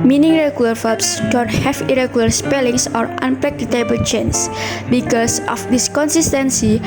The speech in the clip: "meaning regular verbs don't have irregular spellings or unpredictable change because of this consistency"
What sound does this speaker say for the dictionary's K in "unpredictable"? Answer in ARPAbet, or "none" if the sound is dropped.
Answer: none